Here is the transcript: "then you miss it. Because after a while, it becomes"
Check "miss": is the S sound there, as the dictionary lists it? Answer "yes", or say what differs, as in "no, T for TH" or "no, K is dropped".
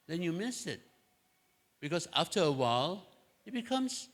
yes